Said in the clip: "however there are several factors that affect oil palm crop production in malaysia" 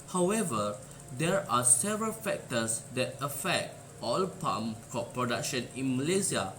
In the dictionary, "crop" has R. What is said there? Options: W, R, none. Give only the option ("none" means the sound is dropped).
none